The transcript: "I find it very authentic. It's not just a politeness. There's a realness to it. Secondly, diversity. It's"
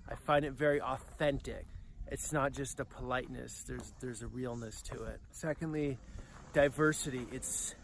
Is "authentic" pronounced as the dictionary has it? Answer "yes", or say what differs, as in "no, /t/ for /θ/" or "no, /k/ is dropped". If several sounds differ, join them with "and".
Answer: yes